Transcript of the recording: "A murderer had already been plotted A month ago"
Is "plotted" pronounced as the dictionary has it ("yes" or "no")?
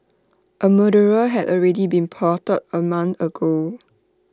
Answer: no